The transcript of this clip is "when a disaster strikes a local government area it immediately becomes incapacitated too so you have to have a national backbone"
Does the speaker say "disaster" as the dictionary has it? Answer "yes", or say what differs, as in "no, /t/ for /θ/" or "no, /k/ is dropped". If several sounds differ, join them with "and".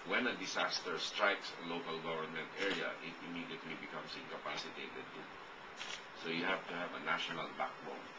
no, /s/ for /z/